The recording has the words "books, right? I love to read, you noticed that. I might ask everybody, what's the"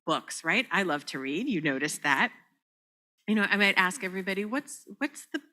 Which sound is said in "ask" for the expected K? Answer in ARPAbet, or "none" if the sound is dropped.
K